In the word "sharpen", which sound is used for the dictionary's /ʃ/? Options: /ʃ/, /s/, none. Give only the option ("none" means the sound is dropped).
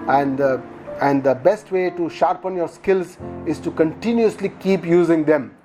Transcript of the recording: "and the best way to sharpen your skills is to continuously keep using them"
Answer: /ʃ/